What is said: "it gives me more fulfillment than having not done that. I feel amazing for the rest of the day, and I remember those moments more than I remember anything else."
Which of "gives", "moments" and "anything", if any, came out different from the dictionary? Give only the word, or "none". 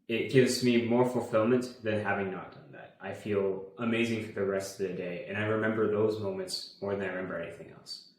none